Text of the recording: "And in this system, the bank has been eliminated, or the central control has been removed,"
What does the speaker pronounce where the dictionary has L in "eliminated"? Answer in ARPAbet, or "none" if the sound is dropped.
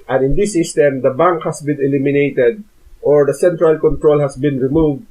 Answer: L